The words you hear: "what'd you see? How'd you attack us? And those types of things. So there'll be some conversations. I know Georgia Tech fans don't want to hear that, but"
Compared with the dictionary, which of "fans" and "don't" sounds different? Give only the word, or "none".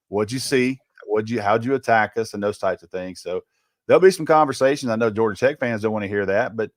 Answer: none